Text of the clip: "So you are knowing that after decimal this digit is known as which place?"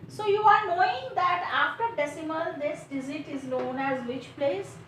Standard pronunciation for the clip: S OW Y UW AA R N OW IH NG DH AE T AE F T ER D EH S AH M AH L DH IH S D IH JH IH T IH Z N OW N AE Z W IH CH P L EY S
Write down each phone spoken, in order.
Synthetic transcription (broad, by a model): S OW Y UW AA R N OW IH NG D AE T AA F T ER D EH S AH M AH L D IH S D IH Z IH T IH Z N OW N AE Z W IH CH P L EY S